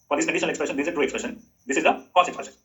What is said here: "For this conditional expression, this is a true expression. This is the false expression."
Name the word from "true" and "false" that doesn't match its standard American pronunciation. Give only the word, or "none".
false